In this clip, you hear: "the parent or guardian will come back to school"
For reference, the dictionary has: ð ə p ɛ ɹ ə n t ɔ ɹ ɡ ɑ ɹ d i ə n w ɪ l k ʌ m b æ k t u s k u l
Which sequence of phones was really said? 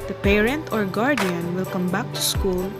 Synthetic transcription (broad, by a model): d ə p ɛ ɹ ə n t ɔ ɹ ɡ ɑ ɹ d i ə n w ɪ l k ʌ m b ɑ k t u s k u l